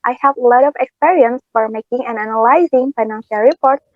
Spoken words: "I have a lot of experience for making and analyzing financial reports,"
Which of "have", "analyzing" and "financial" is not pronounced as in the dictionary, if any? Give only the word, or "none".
none